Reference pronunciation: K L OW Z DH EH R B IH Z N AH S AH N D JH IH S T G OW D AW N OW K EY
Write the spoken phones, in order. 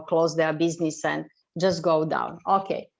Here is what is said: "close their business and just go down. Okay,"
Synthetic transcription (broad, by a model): K L OW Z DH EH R B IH Z N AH S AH N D JH IH S T G OW D AW N OW K EY